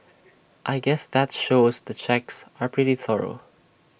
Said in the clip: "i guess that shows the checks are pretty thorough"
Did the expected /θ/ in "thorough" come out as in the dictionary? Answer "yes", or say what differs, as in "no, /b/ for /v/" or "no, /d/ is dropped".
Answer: yes